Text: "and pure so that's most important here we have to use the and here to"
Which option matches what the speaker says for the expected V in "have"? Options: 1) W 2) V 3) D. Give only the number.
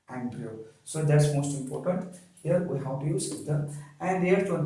1